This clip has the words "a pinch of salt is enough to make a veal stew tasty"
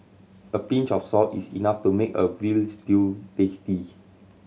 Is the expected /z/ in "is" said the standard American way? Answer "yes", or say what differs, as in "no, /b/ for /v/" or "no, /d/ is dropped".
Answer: no, /s/ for /z/